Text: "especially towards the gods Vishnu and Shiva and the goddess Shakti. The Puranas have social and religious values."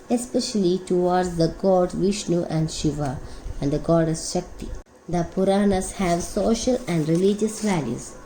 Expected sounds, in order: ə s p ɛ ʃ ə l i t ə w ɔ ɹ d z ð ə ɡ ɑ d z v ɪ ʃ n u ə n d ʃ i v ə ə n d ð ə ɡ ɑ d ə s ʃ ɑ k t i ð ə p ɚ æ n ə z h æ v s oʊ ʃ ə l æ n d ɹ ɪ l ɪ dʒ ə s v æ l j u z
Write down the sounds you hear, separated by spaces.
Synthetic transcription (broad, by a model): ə s p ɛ ʃ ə l i t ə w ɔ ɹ d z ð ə ɡ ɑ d v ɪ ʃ n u ə n d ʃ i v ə ə n d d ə ɡ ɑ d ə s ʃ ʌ k t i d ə p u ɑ n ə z h æ v s oʊ ʃ ə l æ n d ɹ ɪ l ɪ dʒ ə s v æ l j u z